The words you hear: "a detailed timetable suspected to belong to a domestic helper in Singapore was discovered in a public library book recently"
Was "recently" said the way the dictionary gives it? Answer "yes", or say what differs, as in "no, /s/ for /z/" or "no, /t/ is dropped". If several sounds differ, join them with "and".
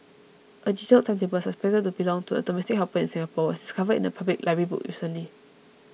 no, /n/ is dropped